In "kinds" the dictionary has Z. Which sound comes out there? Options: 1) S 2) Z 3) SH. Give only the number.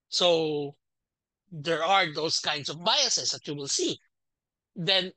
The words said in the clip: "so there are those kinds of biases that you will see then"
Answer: 1